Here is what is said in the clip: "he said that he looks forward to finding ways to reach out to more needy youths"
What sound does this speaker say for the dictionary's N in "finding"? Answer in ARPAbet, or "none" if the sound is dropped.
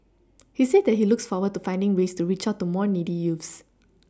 N